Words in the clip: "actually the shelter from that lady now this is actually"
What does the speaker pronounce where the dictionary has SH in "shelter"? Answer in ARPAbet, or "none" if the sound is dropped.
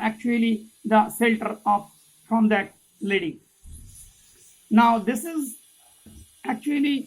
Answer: S